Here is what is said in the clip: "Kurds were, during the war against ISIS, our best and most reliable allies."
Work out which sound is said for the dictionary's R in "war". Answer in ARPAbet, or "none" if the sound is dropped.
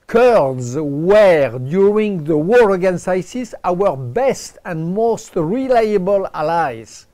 R